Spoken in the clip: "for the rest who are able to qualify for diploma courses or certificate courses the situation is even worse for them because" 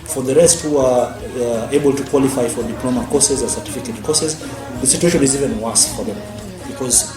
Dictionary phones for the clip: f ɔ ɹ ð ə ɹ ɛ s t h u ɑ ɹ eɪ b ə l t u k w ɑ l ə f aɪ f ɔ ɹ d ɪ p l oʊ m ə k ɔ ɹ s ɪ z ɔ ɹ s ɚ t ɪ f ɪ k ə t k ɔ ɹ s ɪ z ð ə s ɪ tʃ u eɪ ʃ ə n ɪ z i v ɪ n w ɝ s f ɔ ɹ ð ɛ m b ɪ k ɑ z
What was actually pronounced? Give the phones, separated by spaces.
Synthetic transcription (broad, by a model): f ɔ ɹ ð ə ɹ ɛ s t h u ɑ ɹ eɪ b ə l t u k w ɑ l ə f aɪ f ɔ ɹ d ɪ p l oʊ m ə k ɔ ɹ s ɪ z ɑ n s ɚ t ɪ f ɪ k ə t k ɔ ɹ s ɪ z ð ə s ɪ tʃ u eɪ ʃ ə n ɪ z i v ɪ n w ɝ s f ɔ ɹ ð ɛ m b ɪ k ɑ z